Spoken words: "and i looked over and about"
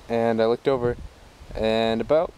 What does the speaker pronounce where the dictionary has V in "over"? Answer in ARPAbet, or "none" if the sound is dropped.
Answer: V